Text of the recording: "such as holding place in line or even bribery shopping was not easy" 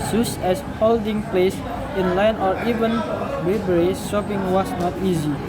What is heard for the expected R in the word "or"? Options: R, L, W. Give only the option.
R